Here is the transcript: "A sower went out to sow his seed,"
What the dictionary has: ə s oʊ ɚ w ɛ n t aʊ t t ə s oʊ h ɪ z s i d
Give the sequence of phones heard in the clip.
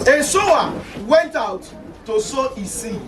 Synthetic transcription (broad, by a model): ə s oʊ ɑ w ɛ n t aʊ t t ə s oʊ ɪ s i